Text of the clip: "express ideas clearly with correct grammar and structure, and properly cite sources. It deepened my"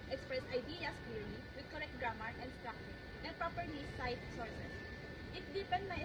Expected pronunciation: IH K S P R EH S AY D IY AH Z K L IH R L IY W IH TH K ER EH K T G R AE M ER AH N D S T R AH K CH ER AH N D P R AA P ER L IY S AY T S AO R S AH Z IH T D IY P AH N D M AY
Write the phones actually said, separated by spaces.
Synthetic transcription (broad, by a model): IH K S P R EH S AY D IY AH S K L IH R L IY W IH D K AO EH K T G R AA M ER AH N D S T R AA K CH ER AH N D P R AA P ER N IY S AY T S AO R S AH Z IH T D IY P AH N D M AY